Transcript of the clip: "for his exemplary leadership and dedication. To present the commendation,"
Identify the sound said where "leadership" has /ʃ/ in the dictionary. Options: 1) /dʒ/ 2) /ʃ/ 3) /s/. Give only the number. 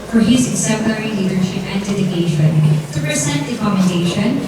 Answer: 2